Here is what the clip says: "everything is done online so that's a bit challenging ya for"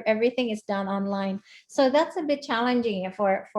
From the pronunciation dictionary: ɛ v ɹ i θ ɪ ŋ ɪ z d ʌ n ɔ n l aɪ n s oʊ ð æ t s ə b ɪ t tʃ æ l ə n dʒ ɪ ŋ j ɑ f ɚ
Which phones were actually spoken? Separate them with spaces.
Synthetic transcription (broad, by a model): ɛ v ɹ i θ ɪ ŋ ɪ z d ʌ n ɔ n l aɪ n s oʊ ð æ t s ə b ɪ t tʃ æ l ə n dʒ ɪ ŋ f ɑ f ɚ